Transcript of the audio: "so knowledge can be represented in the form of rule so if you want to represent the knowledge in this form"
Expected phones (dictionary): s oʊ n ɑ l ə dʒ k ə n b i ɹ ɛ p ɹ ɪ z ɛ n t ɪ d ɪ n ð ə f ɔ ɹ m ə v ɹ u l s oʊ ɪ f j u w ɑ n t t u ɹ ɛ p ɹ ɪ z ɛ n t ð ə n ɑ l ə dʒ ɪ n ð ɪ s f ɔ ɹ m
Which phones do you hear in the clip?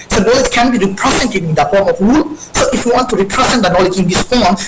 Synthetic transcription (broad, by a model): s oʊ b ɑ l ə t k ə n b i ɹ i p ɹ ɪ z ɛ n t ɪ ɪ n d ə f ɔ ɹ m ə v ɹ u l s oʊ ɪ f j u w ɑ n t t u ɹ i p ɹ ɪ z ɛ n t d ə n ɑ l ə dʒ ɪ n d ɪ s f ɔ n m